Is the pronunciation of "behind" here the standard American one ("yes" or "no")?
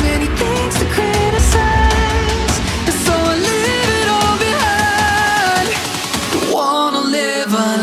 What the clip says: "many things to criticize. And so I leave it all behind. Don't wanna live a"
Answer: no